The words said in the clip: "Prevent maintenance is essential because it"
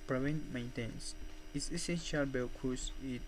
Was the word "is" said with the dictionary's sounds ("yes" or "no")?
no